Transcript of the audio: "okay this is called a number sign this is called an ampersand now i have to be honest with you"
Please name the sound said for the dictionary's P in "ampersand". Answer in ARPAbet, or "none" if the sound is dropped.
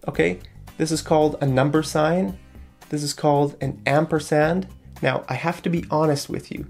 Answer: P